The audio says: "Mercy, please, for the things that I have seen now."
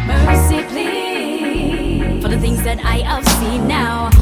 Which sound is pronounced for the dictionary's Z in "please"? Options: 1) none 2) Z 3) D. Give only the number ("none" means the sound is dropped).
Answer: 1